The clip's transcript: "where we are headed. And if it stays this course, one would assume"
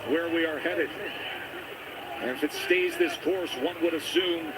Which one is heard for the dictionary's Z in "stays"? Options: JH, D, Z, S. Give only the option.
Z